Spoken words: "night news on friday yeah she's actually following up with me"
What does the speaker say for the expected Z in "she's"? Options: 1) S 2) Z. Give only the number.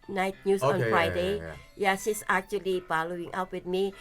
1